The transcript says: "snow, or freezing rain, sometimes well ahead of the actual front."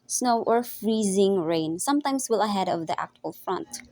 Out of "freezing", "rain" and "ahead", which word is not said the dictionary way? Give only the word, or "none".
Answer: none